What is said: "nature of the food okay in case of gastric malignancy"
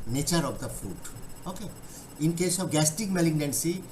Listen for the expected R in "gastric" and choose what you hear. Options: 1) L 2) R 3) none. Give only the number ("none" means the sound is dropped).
3